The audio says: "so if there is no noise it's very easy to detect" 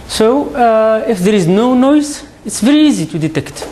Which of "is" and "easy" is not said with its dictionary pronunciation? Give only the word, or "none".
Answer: none